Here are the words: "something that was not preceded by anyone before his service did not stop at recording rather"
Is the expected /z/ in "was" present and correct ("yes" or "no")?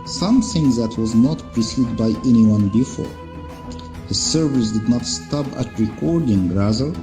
yes